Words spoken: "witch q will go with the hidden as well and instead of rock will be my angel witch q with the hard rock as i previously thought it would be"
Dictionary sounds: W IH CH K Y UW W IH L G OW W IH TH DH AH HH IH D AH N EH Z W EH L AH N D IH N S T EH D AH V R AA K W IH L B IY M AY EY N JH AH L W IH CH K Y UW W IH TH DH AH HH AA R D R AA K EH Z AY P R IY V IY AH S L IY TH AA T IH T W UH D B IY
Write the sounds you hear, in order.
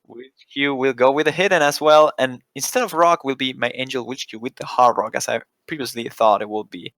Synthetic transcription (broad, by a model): W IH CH K Y UW W IH L G OW W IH DH AH HH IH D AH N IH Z W EH L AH N IH N S T EH D AH V R AA K W IH L B IY M AY EY N JH AH L W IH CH K Y UW W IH DH AH HH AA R R AA K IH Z AY P R IY V IY AH S L IY TH AA T IH T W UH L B IY